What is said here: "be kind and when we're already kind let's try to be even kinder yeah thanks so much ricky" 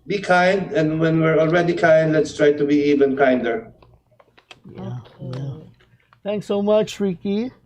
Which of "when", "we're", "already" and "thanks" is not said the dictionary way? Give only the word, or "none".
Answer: thanks